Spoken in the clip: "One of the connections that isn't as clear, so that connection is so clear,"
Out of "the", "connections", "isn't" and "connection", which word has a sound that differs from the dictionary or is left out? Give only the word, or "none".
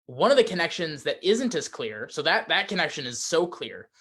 none